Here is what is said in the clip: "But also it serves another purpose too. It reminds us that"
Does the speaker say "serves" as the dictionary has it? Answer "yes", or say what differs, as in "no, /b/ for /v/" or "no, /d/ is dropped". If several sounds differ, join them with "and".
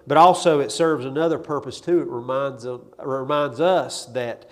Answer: yes